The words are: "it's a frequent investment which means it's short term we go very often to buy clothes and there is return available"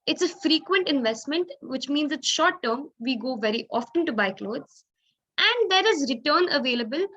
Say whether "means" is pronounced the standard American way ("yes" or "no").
yes